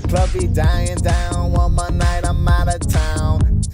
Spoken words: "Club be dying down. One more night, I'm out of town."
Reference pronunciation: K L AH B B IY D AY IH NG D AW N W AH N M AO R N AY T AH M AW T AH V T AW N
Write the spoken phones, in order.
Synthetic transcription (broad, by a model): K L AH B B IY D AY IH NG D AW N W AH N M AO N AY T AH M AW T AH T AW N